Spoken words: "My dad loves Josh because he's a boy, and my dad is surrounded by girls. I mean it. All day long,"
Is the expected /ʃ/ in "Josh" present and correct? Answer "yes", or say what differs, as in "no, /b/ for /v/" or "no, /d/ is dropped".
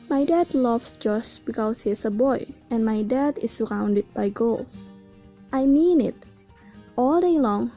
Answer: no, /s/ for /ʃ/